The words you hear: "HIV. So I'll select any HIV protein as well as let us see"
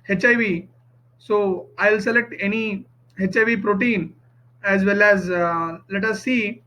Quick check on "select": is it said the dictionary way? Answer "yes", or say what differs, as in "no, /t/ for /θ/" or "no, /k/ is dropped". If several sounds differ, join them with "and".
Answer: yes